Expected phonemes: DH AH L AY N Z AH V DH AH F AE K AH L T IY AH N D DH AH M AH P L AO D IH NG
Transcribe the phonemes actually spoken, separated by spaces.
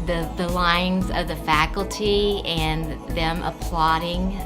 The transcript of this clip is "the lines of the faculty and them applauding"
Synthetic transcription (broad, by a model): DH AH L AY N Z AH V DH AH F AE K L T IY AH N DH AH M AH P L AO D IH NG